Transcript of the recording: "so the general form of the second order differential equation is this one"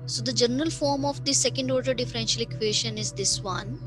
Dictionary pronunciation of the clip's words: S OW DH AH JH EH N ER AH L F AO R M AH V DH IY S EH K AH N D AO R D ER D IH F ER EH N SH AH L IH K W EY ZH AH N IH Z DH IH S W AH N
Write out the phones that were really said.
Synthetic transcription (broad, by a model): S OW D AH JH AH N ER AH L F AO R M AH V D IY S EH K AH N D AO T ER D IH F ER EH N SH AH L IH K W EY SH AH N IH Z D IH S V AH N